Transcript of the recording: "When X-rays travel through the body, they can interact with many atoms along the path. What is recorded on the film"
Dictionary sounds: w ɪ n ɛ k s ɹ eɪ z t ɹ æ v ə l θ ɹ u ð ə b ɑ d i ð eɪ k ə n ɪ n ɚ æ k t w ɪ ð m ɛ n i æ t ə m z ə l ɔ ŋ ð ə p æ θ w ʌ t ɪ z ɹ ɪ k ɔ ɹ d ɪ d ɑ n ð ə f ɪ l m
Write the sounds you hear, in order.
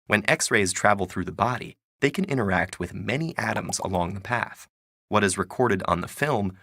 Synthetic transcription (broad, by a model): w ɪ n ɛ k s ɹ eɪ z t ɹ æ v l θ ɹ u ð ə b ɑ d i ð eɪ k ə n ɪ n ɚ æ k t w ɪ ð m ɛ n i æ t ə m z ə l ɔ ŋ ð ə p æ θ w ʌ t ɪ z ɹ ɪ k ɔ ɹ d ɪ d n ð ə f ɪ l m